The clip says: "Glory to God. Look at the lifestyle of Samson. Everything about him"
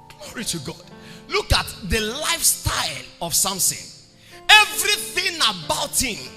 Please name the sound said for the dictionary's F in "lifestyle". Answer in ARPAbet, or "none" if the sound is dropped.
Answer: F